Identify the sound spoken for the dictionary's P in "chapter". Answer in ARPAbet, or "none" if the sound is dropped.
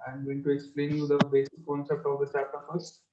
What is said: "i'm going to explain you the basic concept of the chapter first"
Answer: none